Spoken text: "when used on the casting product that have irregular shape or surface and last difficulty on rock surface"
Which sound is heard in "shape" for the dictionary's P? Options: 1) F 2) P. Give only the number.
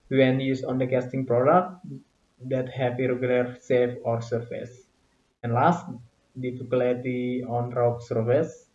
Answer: 1